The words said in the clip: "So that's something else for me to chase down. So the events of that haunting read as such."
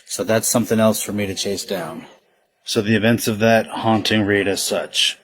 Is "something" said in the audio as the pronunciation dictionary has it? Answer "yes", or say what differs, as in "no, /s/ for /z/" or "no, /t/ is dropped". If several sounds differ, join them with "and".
yes